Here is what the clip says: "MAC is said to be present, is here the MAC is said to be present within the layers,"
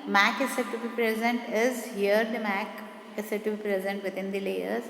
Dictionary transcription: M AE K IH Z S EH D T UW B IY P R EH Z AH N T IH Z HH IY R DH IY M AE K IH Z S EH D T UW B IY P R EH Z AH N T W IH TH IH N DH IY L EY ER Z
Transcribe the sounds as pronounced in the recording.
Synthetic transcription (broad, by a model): M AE K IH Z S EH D T UW B IY P R EH Z AH N T IH Z HH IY R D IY M AE K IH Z S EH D T UW B IY P R EH Z AH N T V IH T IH N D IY L EY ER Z